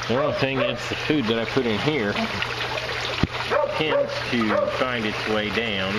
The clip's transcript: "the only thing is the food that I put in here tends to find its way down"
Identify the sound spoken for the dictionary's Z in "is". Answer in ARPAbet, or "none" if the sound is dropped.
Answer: S